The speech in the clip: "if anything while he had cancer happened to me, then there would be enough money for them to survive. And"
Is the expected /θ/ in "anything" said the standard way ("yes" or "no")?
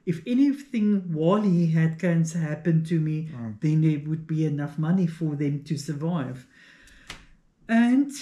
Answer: yes